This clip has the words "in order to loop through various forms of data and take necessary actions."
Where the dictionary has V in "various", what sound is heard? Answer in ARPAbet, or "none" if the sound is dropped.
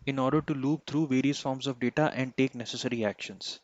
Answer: V